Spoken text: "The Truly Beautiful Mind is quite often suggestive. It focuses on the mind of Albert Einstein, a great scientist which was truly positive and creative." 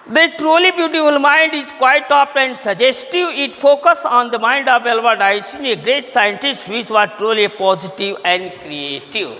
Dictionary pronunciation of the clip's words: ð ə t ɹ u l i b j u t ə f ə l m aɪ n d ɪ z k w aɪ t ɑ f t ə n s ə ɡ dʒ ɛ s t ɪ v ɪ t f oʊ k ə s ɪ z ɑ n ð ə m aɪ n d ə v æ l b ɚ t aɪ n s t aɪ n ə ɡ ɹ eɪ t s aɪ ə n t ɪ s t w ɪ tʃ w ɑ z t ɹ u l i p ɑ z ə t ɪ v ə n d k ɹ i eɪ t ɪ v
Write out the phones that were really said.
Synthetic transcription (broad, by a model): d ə t ɹ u l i b j u t ə f ə l m aɪ n d ɪ z k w aɪ t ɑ p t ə n s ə dʒ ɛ s t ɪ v ɪ t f oʊ k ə s ɑ n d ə m aɪ n d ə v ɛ l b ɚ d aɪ s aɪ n ə ɡ ɹ eɪ t s aɪ ə n t ɪ s t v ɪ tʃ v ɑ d t ɹ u l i p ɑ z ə t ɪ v ə n d k ɹ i eɪ t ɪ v